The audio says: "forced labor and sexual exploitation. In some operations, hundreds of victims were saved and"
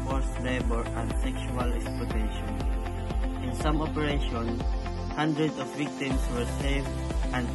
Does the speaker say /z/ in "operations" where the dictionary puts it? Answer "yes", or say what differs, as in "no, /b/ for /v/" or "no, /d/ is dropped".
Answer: no, /z/ is dropped